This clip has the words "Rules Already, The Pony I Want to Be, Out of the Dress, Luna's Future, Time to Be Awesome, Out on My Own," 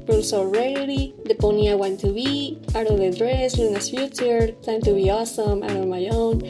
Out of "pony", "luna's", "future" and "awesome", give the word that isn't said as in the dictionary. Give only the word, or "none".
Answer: luna's